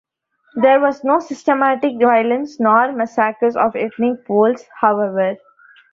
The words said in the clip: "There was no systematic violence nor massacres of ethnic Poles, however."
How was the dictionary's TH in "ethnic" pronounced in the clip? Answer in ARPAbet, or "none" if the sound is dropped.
T